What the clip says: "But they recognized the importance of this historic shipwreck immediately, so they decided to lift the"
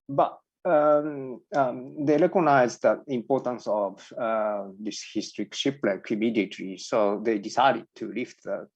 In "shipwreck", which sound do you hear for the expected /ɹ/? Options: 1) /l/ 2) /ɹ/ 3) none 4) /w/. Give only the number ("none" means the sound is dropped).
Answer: 1